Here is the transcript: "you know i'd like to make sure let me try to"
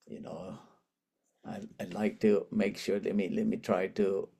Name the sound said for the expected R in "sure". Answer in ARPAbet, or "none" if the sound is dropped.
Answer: L